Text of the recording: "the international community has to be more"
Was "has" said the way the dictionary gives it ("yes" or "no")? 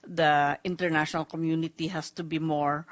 no